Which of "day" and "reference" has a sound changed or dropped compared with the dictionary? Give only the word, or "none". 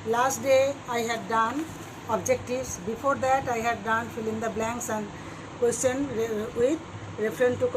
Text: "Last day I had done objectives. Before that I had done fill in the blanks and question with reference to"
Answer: reference